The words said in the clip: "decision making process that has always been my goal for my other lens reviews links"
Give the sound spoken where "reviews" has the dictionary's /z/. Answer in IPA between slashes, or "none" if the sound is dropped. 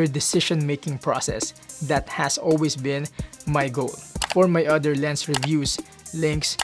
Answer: /s/